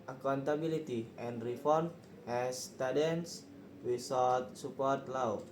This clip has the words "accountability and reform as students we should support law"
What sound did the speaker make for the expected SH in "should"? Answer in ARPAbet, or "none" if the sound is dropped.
S